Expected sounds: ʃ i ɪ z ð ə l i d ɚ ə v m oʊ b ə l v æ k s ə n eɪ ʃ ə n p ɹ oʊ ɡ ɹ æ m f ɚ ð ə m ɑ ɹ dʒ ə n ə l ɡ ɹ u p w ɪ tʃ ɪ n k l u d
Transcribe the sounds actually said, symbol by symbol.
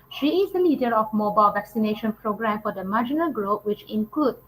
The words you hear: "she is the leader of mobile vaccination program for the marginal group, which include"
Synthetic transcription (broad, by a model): ʃ i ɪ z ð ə l i d ɚ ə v m oʊ b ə l v æ k s ə n eɪ ʃ ə n p ɹ oʊ ɡ ɹ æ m f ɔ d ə m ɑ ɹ dʒ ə n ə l ɡ ɹ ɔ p w ɪ tʃ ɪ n k l u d